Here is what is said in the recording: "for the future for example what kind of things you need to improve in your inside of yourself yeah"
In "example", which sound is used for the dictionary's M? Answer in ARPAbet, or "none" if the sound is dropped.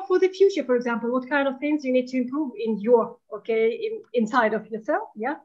M